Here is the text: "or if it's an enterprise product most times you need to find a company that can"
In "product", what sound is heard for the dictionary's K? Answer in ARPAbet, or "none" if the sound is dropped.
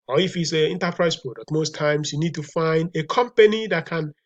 none